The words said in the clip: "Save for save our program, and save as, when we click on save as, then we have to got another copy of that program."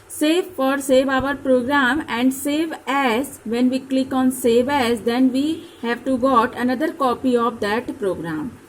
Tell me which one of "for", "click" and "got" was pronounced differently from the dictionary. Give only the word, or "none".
none